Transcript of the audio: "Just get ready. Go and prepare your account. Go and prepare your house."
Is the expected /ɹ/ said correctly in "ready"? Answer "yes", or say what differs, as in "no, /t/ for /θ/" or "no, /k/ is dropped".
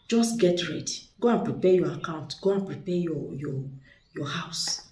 yes